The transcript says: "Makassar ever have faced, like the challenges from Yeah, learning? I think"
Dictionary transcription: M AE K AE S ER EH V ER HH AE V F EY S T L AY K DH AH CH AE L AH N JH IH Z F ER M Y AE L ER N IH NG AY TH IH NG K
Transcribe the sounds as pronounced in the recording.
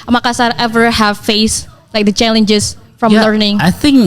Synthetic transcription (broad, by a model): M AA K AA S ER EH V ER HH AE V F EY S L AY K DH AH CH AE L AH N JH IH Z F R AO L ER N IH NG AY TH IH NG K